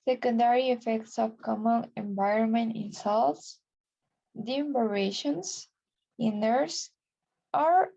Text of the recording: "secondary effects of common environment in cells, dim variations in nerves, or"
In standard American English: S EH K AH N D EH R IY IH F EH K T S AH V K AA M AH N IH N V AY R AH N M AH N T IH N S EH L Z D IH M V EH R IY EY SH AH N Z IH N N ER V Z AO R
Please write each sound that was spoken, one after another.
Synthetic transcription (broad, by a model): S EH K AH N D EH R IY IH F EH K T S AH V K AA M AH N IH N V AY R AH N M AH N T IH N S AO L S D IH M B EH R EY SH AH N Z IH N N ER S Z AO R